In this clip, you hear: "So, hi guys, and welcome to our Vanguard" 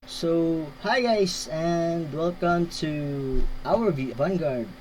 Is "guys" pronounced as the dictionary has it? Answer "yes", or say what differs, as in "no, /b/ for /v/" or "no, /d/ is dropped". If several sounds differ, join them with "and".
no, /s/ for /z/